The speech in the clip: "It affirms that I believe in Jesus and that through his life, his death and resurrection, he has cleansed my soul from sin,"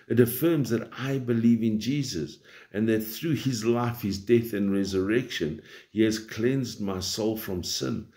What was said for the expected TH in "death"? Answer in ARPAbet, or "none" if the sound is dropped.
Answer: TH